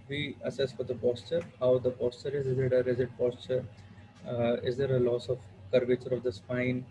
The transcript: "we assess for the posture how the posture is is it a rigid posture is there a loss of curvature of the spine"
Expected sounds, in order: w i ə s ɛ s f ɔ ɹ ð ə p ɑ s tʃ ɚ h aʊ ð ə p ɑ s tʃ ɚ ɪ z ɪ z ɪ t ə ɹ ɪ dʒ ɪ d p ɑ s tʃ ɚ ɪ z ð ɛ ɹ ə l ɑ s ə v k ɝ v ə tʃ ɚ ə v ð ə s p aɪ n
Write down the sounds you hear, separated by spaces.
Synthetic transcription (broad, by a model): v i ə s ɛ s f ɔ ɹ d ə p ɑ s tʃ ɚ h aʊ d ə p ɑ s tʃ ɚ ɪ z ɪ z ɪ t ə ɹ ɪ z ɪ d p ɑ s tʃ ɚ ɪ z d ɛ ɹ ə l ɑ s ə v k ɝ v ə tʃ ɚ ə v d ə s p aɪ n